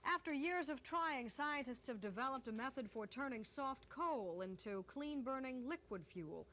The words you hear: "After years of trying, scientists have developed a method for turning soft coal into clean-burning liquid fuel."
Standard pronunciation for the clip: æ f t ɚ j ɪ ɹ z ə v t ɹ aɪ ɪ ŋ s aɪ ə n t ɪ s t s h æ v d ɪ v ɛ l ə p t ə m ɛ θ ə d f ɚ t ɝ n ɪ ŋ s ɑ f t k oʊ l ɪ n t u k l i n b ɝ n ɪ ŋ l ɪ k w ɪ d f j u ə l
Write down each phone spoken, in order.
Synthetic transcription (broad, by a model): æ f t ɚ j ɪ ɹ z ə v t ɹ aɪ ɪ ŋ s aɪ ə n t ɪ s t s h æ v d ɪ v ɛ l ə p t ə m ɛ θ ə d f ɚ t ɝ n ɪ ŋ s ɑ f t k oʊ l ɪ n t u k l i n b ɝ n ɪ ŋ l ɪ k w ɪ d f j u l